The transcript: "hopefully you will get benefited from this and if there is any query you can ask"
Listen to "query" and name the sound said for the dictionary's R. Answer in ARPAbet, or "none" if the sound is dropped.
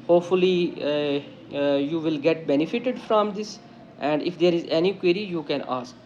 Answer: R